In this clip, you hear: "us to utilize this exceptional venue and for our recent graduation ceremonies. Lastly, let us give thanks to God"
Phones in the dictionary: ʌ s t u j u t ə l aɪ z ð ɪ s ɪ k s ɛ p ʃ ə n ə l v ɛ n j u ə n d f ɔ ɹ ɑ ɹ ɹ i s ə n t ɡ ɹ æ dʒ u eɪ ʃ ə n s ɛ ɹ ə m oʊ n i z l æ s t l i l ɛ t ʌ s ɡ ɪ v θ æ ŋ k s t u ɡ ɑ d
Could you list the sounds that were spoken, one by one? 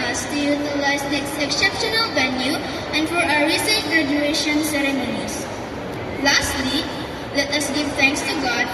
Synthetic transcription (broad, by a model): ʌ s t u j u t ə l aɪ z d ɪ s ɪ k s ɛ p ʃ ə n ə l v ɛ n j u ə n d f ɔ ɹ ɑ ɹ ɹ i s ə n t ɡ ɹ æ dʒ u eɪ ʃ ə n s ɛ ɹ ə m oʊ n i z l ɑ s t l i l ɛ t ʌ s ɡ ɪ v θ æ ŋ k s t u ɡ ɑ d